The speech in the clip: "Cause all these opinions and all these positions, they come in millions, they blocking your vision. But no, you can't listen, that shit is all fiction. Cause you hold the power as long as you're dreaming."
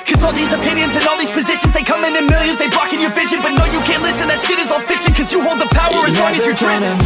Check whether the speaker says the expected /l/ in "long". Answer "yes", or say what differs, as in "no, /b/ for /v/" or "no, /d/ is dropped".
no, /w/ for /l/